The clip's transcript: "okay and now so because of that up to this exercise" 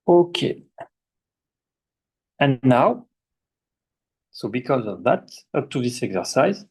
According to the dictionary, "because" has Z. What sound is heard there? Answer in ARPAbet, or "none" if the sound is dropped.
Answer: Z